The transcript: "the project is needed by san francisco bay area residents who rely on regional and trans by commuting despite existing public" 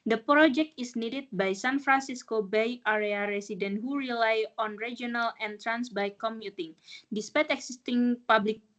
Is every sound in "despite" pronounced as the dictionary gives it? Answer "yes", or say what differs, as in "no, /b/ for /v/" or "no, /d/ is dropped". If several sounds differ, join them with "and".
yes